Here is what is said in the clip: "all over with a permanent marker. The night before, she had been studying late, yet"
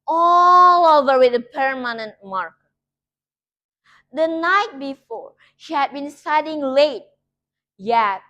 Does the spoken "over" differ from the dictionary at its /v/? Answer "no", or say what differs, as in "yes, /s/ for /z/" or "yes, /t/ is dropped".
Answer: no